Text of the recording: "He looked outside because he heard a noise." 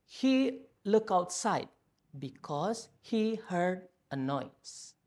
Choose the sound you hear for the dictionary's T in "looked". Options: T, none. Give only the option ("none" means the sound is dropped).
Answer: none